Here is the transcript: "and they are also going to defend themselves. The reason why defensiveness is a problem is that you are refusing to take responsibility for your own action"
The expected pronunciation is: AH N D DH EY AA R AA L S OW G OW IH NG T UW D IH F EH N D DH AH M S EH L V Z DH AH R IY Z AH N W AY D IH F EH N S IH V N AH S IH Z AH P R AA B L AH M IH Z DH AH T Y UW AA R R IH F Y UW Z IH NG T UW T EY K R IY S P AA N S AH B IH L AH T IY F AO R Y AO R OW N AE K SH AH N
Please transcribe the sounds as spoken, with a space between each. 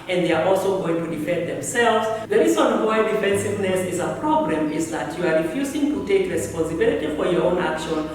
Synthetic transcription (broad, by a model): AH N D DH EY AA R AA L S OW G OW IH NG T UW D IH F EH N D DH AH M S EH L V Z DH AH R IY Z AH N W AY D IH F EH N S IH V N AH S IH Z AH P R AA B L AH M IH Z DH AH T Y UW AA R R IH F Y UW Z IH NG T UW T EY K R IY S P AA N S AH B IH L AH T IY F AO R Y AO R OW N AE K SH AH N